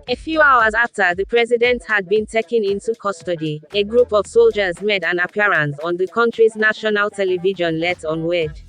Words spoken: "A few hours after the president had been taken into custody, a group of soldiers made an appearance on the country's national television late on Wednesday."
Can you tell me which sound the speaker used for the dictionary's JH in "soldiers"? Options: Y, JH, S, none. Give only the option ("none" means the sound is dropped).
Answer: JH